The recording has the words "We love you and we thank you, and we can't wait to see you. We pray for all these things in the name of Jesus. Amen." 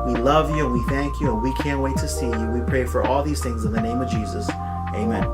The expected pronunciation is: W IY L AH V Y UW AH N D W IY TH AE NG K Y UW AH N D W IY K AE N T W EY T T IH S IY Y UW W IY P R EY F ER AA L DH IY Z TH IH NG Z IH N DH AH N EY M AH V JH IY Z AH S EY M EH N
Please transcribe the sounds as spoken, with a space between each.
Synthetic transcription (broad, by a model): W IY L AH V Y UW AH N W IY TH AE NG K Y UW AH N W IY K AE N T W EY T T IH S IY Y UW W IY P R EY F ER AA L DH IY Z TH IH NG Z IH N DH AH N EY M AH V JH IY Z AH S EY M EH N